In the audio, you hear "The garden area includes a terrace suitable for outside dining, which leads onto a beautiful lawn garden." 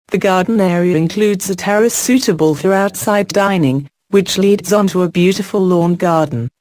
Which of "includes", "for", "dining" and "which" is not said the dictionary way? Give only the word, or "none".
none